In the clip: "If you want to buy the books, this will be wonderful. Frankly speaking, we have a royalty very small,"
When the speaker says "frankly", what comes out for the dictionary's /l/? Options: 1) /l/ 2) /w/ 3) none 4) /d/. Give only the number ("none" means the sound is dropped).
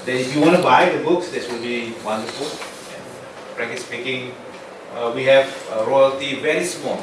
3